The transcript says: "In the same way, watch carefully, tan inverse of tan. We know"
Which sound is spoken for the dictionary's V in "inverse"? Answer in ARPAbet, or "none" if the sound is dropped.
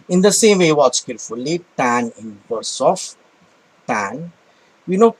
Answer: B